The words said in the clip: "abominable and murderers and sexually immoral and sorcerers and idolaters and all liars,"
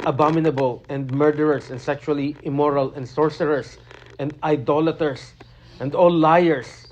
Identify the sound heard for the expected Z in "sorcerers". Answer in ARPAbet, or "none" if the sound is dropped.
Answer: S